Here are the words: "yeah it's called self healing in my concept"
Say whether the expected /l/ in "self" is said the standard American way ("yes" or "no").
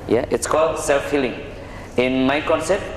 yes